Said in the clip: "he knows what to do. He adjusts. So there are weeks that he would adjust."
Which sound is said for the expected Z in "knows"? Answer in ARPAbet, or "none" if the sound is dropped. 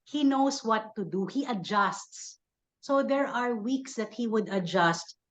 S